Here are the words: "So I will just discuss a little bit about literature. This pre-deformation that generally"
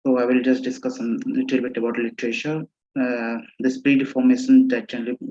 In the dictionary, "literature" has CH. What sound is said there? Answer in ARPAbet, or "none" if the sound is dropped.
SH